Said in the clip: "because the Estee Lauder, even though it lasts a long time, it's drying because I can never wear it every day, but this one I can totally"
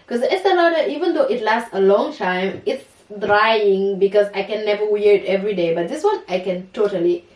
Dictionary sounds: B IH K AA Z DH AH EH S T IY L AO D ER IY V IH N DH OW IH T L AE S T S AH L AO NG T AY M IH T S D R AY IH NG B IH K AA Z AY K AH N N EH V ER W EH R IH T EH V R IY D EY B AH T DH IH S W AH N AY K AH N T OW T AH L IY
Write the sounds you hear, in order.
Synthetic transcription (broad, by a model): K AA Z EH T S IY N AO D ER IY V IH N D OW IH T L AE S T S AH L AO NG T AY M IH T S D R AY IH NG B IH K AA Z AY K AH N N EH V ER W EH R IH T EH V R IY D EY B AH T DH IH S W AH N AY K AH N T OW T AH L IY